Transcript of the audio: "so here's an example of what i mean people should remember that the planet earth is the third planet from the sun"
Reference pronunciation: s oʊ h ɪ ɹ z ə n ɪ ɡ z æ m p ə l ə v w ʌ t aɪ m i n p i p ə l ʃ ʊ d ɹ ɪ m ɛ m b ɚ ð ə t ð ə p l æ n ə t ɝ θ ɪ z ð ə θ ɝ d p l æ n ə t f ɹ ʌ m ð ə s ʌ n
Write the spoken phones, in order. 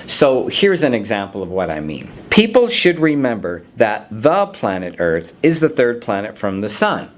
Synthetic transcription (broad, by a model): s oʊ h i ɹ z ə n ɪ ɡ z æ m p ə l ə v w ʌ t aɪ m i n p i p l ʃ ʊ d ɹ ɪ m ɛ m b ɚ ð ə t ð ə p l æ n ə t ɝ θ ɪ z ð ə θ ɝ d p l æ n ə t f ɹ ʌ m ð ə s ʌ n